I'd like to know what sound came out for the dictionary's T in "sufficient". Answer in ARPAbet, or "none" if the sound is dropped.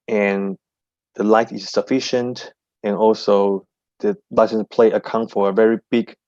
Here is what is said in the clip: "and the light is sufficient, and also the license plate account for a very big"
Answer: T